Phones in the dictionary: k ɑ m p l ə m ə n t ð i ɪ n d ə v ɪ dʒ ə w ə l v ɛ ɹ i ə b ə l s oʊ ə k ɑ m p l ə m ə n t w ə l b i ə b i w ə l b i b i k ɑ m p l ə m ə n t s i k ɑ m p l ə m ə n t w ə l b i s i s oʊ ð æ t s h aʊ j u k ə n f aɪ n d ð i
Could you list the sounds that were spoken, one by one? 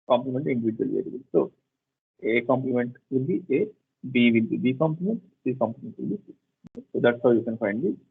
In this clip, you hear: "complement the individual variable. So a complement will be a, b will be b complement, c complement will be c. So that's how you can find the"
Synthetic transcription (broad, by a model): k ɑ m p l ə m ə n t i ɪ n d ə v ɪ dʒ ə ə l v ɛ l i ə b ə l s oʊ ə k ɑ m p l ə m ə n t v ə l b i ə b i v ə l b i b i k ɑ m p l ə m ə n t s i k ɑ m p l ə m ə n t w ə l b i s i s oʊ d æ t s h aʊ j u k ə n f aɪ n d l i